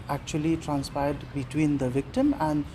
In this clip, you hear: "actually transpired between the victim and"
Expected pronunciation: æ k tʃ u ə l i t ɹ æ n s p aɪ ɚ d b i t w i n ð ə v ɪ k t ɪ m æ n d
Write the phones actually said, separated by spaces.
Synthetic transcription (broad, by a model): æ k tʃ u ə l i t ɹ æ n s p aɪ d d b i t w i n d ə v ɪ k t ɪ m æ n d